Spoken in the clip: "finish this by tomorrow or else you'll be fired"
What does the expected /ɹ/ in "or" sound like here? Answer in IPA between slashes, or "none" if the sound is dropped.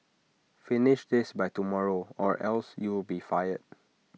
/ɹ/